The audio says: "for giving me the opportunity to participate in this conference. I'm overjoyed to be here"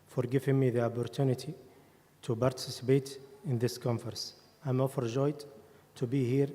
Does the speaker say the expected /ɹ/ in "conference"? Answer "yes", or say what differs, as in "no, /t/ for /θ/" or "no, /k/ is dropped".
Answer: no, /ɹ/ is dropped